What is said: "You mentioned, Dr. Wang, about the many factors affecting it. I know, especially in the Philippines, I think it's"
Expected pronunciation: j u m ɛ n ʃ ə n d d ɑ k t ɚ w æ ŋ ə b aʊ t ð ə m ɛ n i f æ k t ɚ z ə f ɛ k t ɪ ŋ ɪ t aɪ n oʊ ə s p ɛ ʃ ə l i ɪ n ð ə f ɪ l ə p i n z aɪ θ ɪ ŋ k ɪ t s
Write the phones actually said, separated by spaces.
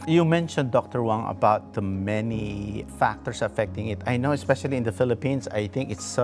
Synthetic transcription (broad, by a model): j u m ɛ n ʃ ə n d d ɑ k t ɚ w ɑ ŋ ə b aʊ t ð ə m ɛ n i f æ k t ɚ s ə f ɛ k t ɪ ŋ ɪ t aɪ n oʊ ə s p ɛ ʃ ə l i ɪ n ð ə f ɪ l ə p i n s aɪ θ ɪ ŋ k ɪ t s